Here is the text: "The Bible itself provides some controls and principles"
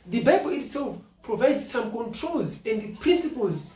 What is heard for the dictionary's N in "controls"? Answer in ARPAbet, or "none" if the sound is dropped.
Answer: N